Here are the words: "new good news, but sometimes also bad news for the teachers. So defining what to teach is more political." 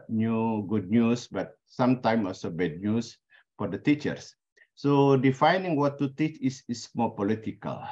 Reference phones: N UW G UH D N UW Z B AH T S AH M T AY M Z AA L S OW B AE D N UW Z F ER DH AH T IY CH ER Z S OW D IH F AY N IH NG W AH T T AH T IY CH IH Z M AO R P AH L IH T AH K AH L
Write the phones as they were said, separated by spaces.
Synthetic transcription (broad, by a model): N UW G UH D N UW S B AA T S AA M T AY M AA L S OW B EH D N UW S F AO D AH T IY CH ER S OW D IH F AY N IH NG W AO T T AH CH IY S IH S M AO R P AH L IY T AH K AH L